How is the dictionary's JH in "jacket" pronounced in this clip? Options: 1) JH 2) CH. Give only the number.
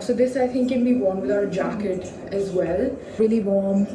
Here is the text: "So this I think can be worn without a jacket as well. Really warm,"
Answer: 1